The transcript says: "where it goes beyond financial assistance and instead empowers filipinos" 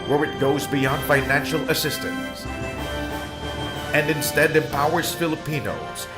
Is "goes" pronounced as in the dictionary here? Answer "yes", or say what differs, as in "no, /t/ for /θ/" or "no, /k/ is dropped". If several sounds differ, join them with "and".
yes